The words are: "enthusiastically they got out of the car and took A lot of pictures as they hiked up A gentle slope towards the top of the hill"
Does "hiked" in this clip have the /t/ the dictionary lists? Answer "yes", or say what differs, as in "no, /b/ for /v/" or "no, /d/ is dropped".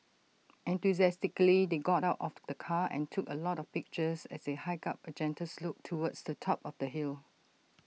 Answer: no, /t/ is dropped